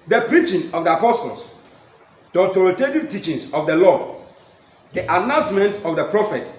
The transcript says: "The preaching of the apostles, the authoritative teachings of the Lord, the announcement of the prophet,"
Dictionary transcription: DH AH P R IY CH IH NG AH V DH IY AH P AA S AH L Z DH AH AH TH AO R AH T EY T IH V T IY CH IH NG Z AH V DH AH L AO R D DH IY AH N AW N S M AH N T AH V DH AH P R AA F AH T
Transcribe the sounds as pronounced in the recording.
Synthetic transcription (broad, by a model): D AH P R IY CH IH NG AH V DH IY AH P AA S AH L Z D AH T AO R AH T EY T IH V T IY CH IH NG S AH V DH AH L AO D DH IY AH N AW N S M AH N T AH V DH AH P R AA F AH T